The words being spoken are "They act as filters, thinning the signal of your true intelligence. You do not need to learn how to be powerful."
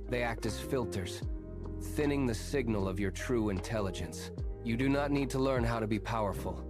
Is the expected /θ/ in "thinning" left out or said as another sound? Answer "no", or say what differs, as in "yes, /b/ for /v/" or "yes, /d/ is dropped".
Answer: no